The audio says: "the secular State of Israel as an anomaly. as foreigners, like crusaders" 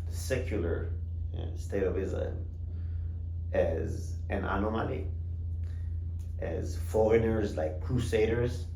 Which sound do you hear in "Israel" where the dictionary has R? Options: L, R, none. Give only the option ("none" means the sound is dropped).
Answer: L